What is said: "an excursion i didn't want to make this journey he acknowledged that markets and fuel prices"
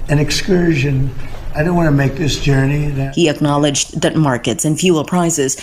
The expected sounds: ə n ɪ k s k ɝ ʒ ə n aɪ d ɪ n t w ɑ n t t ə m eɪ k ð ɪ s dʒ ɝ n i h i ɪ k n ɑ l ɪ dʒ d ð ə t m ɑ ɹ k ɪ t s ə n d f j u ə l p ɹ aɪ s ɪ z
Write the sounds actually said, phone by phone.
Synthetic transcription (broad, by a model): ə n ɪ k s k ɝ ʒ ə n aɪ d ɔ n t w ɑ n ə m eɪ k ð ɪ s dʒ ɝ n i h i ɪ k n ɑ l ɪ dʒ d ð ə t m ɑ ɹ k ɪ t s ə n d f j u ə l p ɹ aɪ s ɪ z